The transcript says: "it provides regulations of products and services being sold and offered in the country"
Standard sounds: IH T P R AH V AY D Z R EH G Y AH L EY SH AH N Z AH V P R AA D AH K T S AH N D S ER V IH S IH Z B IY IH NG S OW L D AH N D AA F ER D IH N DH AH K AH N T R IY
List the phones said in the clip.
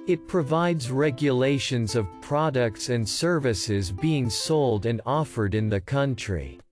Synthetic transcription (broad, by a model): IH T P R AH V AY D Z R EH G Y AH L EY SH AH N Z AH V P R AA D AH K T S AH N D S ER V IH S IH Z B IY IH NG S OW L D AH N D AA F ER D IH N DH AH K AH N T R IY